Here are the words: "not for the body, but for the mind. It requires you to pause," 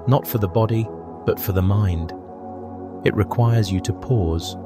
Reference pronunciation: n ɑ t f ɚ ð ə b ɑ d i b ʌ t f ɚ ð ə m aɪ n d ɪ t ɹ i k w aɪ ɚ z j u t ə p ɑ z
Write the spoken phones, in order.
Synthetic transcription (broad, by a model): n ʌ t f ɚ ð ə b ɑ d i b ʌ t f ɚ ð ə m aɪ n d ɪ t ɹ i k w aɪ ɚ z j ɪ t ə p ɑ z